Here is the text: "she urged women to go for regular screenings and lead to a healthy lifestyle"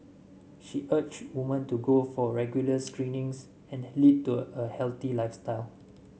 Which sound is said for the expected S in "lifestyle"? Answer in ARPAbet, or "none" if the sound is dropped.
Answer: S